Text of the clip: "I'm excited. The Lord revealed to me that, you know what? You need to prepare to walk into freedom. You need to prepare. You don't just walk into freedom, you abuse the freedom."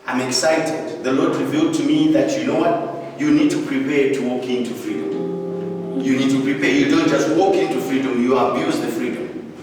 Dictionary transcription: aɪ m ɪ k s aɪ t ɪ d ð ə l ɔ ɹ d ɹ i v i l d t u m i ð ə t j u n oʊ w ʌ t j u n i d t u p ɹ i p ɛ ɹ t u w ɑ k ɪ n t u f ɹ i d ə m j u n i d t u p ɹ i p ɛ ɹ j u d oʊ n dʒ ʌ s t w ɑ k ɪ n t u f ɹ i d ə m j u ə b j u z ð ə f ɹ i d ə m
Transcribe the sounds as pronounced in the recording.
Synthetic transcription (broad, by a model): aɪ m ɪ k s aɪ t ɪ d ð ə l ɔ ɹ d ɹ i v i l d t u m i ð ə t j u n oʊ w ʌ t j u n i d t u p ɹ i p ɛ ɹ t u w ɑ k ɪ n t u f ɹ i d ə m j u n i d t u p ɹ i p ɛ ɹ j u d oʊ n dʒ ʌ s t w ɑ k ɪ n t u f ɹ i d ə m j u ə b j u z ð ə f ɹ i d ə m